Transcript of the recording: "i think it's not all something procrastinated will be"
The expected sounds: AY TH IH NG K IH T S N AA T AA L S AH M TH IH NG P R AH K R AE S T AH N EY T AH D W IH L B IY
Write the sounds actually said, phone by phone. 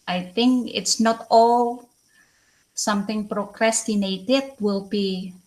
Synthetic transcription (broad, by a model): AY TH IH NG K IH T S N AA T AA L S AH M T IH NG P R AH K R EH S T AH N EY T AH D W IH L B IY